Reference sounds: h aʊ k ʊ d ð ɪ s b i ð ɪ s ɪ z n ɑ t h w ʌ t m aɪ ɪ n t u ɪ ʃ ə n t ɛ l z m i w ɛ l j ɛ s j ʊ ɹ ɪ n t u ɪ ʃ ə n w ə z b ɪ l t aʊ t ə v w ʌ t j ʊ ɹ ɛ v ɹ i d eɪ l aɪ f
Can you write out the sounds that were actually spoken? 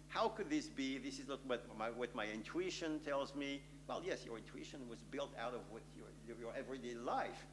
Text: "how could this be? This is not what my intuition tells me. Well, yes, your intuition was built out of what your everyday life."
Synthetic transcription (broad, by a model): h aʊ k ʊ d ð ɪ s b i ð ɪ s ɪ z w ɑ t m w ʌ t m aɪ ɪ n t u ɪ ʃ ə n t ɛ l z m i w ɛ l j ɛ s j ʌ ɹ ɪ n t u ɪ ʃ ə n w ə z b ɪ l t aʊ t ə v w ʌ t j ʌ ɹ ɛ v ɹ i d eɪ l aɪ f